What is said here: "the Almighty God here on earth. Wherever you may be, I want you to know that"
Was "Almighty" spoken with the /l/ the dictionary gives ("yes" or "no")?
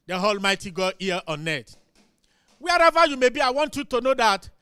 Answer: yes